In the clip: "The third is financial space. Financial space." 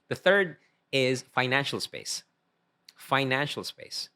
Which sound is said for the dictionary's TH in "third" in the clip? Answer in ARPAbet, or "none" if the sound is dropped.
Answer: TH